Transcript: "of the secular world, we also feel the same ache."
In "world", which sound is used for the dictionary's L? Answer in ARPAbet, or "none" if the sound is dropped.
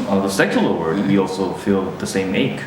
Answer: none